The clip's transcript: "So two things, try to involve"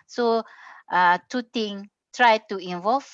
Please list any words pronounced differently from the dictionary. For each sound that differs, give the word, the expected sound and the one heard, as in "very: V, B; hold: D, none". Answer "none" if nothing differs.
things: TH, T; things: Z, none